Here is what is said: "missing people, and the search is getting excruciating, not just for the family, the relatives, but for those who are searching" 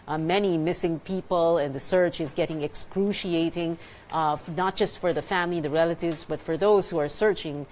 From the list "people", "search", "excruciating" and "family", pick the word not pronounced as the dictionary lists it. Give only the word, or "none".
none